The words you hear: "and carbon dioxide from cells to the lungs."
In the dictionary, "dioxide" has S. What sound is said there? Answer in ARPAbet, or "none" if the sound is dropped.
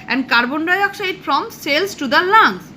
SH